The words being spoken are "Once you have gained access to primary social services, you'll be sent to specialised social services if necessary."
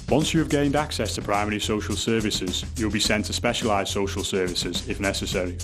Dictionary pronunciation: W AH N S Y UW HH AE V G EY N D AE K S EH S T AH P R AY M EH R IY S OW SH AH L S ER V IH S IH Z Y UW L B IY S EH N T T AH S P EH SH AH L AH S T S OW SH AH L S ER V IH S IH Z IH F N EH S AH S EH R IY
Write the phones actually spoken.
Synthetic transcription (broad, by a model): W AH N S Y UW V G EY N D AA K S EH S T AH P R AY M EH R IY S OW SH AH L S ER V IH S IH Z Y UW L B IY S EH N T T AH S P EH SH AH L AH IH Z S OW SH AH L S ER V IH S IH Z IH F N EH S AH S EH R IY